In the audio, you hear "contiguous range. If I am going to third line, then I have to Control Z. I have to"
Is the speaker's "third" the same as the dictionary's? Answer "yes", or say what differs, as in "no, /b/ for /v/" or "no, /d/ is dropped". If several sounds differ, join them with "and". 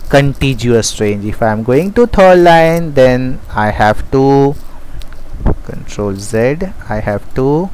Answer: no, /t/ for /θ/